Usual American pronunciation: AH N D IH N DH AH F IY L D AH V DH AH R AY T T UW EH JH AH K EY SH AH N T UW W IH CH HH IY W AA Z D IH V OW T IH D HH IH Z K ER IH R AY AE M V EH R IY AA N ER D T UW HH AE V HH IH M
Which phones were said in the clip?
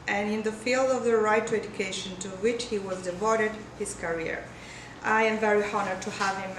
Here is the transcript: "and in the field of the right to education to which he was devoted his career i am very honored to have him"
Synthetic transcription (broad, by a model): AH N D IH N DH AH F IY L D AH V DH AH R AY T T UW EH JH AH K EY SH AH N T UW W IH CH HH IY W AA Z D IH V OW T IH D HH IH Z K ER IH R AY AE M V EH R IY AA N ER T UW HH AE V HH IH M